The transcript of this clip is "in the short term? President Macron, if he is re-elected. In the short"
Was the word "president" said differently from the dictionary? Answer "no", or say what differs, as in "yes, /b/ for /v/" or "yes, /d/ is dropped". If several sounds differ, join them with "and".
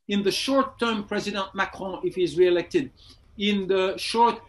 no